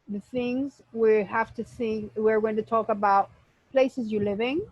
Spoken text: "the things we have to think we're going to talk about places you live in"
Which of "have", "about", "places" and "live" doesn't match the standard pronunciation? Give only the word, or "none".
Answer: have